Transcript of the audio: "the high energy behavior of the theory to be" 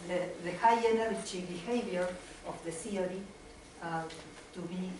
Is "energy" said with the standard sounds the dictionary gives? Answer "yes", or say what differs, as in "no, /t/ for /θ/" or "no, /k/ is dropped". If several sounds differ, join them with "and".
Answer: no, /tʃ/ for /dʒ/